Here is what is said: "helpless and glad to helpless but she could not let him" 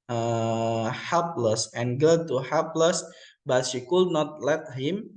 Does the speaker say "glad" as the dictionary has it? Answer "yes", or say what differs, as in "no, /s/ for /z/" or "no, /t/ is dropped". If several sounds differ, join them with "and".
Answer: no, /l/ is dropped